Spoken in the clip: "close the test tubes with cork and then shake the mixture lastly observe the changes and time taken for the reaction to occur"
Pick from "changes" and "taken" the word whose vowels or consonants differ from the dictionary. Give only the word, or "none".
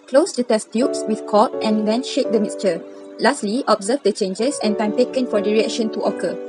changes